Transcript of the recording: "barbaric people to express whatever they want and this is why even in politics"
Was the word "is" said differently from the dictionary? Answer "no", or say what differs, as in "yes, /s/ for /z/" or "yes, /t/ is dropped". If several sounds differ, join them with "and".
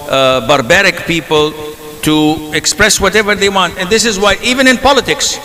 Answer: no